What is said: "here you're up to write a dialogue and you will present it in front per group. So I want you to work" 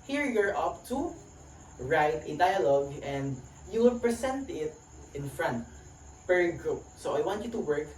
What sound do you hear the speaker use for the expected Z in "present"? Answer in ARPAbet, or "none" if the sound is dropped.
S